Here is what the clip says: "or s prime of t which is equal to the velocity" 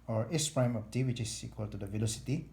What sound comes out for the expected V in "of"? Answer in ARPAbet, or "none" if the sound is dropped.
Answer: P